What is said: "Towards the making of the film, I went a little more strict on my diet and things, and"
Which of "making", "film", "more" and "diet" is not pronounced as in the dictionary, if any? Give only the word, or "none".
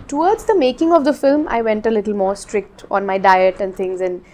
none